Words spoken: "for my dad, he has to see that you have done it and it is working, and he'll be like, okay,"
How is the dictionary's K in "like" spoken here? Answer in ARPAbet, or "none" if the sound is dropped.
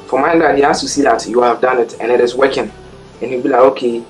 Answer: none